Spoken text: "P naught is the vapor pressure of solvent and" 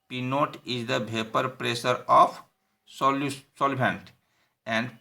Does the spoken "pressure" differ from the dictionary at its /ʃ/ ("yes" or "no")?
yes